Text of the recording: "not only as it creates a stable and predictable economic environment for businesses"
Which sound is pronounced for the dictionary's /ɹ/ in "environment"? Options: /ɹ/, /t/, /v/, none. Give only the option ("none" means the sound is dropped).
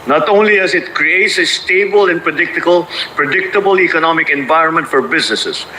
/ɹ/